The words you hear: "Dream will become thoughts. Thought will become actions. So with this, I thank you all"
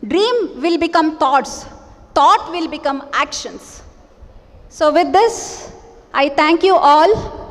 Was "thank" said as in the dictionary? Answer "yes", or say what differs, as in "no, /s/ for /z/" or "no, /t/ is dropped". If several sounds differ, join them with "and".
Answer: no, /t/ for /θ/